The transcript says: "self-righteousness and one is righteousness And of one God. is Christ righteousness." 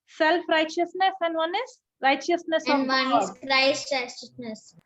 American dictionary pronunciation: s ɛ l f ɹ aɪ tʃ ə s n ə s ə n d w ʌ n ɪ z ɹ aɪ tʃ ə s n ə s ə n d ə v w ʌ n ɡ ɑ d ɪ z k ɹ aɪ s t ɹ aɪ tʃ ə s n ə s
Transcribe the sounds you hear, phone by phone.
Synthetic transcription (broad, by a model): s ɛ l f ɹ aɪ tʃ ə s n ə s ə n d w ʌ n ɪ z ɹ aɪ tʃ ə s n ə s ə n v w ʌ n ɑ ɪ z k ɹ aɪ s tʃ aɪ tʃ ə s n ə s